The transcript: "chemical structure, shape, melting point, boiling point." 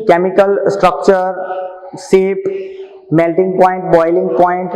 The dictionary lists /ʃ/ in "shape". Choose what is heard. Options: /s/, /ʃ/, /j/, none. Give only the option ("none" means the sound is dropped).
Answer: /s/